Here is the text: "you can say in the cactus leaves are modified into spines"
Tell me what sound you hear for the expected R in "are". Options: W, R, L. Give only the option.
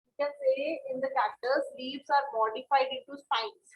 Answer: R